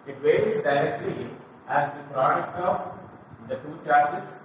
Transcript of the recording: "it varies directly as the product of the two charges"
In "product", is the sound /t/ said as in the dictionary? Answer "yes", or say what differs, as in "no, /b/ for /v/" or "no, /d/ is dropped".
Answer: no, /t/ is dropped